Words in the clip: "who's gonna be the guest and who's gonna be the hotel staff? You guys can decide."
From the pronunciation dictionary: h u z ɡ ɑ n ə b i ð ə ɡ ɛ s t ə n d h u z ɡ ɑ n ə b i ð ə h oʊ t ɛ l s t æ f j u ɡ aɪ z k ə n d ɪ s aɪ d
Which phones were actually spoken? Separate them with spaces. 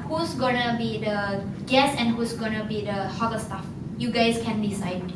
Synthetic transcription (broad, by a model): h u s ɡ ɑ n ə b i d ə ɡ ɛ s ə n h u s ɡ ɑ n ə b i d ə h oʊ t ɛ s t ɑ f j u ɡ aɪ s k ə n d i s aɪ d